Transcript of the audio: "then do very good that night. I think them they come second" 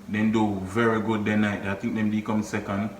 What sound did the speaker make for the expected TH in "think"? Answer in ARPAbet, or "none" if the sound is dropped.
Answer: T